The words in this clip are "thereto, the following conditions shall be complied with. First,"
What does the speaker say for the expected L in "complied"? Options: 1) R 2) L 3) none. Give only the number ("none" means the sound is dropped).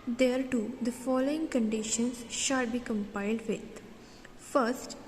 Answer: 3